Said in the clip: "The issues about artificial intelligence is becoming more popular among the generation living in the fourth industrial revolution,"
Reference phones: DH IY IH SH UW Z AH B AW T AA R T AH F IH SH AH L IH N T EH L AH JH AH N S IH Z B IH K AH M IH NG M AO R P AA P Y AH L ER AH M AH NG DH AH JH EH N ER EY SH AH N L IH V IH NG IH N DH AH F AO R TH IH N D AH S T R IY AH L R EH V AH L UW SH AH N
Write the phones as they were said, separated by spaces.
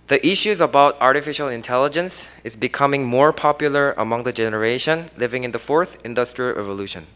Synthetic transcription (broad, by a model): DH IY IH SH UW Z AH B AW T AA R T AH F IH SH AH L IH N T EH L AH JH AH N S IH Z B IH K AH M IH NG M AO R P AA P Y AH L ER AH M AH NG DH AH JH EH N ER EY SH AH N L IH V IH NG IH N DH AH F AO R TH IH N D AH S T R IY AH L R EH V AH L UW SH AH N